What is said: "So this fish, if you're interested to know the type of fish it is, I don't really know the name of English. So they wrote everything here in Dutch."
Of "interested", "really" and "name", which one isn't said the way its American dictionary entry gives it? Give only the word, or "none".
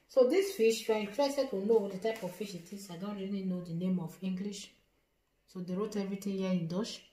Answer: interested